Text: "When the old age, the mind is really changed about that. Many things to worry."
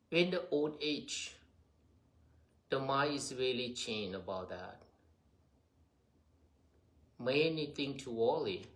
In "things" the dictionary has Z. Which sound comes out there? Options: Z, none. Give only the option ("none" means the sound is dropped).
none